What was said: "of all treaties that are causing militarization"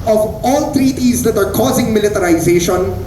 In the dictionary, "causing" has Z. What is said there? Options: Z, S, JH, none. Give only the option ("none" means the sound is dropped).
Z